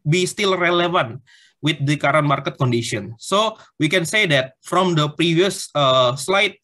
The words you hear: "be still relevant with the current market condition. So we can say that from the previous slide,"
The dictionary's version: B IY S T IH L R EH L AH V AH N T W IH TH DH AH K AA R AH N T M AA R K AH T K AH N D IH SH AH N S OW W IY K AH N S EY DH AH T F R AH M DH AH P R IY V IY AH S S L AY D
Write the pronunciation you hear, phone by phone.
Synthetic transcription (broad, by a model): B IY S T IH L R EH L AH V AH N T W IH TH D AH K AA R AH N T M AA R K AH T K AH N D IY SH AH N S OW W IY K AH N S EY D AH T F R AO M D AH P R IY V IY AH S S L AY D